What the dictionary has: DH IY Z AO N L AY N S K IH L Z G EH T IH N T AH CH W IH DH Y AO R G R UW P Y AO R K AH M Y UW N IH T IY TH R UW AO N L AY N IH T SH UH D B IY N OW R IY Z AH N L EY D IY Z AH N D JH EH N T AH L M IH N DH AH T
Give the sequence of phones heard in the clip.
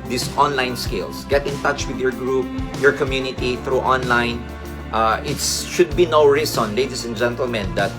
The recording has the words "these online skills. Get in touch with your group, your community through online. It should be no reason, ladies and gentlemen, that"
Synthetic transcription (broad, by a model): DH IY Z AO N L AY N S K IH L S G EH T IH N T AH CH W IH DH Y AO R G R UW P Y AO R K AH M Y UW N IH T IY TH R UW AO N L AY N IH T SH UH D B IY N OW R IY S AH N L EY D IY S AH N JH EH N T AH L M IH N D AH T